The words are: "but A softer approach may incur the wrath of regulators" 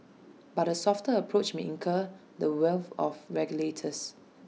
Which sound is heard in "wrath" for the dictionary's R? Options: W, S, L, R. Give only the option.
W